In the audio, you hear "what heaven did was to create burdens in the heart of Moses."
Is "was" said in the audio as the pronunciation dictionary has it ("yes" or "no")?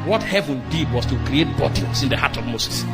no